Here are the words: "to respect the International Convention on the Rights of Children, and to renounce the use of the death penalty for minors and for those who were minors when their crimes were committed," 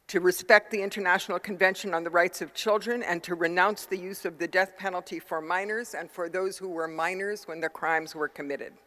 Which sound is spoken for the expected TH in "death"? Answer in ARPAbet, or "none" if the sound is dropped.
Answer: TH